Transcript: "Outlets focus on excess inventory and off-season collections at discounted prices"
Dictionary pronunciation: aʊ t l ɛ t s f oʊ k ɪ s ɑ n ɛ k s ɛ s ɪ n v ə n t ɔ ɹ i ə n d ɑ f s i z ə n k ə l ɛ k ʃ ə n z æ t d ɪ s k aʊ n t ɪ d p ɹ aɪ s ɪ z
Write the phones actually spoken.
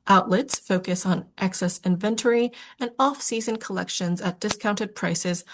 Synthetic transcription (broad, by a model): aʊ t l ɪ t s f oʊ k ɪ s n ɛ k s ɛ s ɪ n v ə n t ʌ ɹ i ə n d ɑ f s i z ə n k ə l ɛ k ʃ ə n z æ t d ɪ s k aʊ n t ɪ d p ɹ aɪ s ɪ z